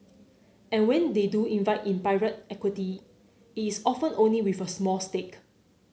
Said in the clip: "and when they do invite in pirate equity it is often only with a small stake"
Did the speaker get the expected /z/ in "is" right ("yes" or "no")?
no